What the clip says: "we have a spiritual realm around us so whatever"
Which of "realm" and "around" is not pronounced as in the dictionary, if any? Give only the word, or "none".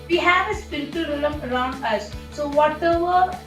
realm